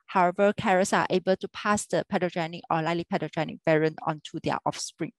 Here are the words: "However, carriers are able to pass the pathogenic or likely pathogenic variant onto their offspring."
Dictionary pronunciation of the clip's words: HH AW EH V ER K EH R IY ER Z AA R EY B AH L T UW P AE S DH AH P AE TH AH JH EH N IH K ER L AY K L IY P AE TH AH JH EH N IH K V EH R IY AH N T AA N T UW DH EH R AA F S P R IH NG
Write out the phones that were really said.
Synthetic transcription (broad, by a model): HH AW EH V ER K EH R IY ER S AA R EY B AH L T UW P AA S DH AH P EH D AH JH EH N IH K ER L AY L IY P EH T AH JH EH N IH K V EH R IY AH N AA N T UW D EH AA F S P R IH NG